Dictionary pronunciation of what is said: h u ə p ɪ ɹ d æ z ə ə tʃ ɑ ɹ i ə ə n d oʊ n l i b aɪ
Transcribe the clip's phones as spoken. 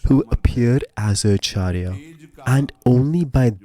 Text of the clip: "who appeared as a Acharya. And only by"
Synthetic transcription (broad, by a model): h u ə p ɪ ɹ d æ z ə ə tʃ ɑ ɹ i ə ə n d oʊ n l i b aɪ